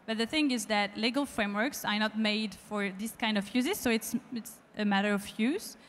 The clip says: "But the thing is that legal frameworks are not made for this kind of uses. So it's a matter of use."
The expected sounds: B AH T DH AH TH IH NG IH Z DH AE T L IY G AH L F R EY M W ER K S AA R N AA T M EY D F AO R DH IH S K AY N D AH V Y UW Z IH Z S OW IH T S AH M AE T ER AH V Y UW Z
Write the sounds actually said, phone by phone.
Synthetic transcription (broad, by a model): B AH T DH AH TH IH NG IH Z DH AE T L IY G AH L F R EY M W ER K S AA R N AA T M EY D F AO R DH IH S K AY N D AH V Y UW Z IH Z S OW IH T S AH M AE T ER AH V Y UW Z